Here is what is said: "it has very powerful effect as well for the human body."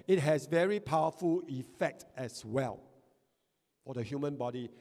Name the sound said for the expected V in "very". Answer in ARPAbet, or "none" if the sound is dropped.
V